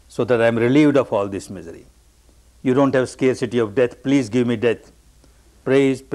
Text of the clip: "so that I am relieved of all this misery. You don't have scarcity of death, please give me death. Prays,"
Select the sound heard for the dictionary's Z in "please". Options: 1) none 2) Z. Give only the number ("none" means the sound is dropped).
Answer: 2